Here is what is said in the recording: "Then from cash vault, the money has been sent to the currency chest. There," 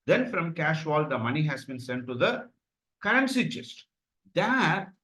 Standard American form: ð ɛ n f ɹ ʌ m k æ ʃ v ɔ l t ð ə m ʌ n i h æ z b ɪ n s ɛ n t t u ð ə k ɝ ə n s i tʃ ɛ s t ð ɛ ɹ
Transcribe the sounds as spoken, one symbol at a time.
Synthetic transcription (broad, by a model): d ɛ n f ɹ ʌ m k æ ʃ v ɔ l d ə m ʌ n i h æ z b ɪ n s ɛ n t t u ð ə k ɝ ə n s i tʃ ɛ s t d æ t